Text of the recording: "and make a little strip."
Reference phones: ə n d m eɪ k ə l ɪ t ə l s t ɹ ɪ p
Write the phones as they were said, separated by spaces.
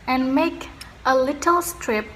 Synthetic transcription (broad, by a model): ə n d m eɪ k ə l ɪ t ə l s t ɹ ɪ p